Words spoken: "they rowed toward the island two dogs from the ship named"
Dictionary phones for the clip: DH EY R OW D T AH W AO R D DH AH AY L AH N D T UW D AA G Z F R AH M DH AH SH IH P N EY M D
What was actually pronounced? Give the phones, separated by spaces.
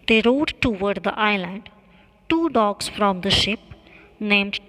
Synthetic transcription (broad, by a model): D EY R OW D T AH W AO R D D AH AY L AH N D T UW D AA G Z F R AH M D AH SH IH P N EY M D